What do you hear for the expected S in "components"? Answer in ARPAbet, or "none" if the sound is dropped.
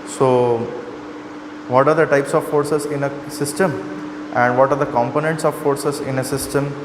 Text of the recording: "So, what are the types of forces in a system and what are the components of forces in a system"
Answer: S